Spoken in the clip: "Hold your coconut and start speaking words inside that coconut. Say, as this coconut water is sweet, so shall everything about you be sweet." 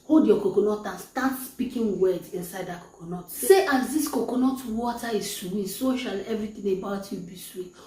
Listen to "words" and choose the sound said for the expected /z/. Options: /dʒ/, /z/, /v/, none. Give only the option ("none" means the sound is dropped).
none